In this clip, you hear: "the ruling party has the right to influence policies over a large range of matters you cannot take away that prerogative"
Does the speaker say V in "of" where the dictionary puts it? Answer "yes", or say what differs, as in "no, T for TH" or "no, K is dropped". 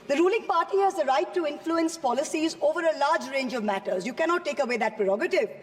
yes